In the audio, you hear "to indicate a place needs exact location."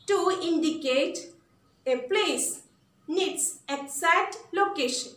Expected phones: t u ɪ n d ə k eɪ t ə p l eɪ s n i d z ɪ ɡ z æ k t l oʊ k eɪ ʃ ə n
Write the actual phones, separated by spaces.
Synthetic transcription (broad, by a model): t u ɪ n d ə k eɪ t ə p l eɪ s n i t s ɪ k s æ t l oʊ k eɪ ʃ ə n